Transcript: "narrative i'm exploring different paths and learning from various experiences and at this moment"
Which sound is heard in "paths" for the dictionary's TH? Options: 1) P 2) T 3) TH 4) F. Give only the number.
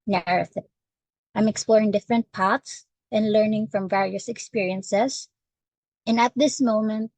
2